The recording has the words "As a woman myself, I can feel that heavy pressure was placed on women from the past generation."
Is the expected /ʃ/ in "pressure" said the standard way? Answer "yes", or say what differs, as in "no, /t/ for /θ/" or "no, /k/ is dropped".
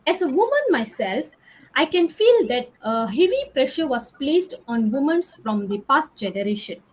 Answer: yes